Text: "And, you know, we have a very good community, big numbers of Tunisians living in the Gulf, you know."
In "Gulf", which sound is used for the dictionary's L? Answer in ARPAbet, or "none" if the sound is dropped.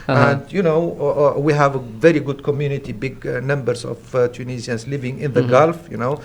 L